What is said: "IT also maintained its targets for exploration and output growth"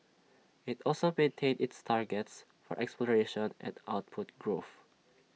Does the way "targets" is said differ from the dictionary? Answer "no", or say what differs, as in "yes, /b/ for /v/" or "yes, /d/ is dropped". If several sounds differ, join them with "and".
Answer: no